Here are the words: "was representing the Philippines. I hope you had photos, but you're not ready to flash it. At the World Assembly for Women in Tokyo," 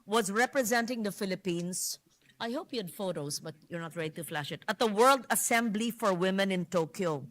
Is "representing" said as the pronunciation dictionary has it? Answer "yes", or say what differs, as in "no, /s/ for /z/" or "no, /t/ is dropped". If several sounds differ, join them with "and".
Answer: yes